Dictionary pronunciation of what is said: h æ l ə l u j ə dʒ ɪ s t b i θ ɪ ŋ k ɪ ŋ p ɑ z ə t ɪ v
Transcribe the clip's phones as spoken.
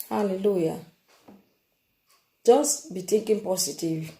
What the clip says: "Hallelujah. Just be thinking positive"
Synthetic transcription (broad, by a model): h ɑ l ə l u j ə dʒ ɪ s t b i t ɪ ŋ k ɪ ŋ p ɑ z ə t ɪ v